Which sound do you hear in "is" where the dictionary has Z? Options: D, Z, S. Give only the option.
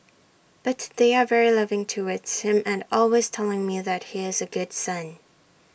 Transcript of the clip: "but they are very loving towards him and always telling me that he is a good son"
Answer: Z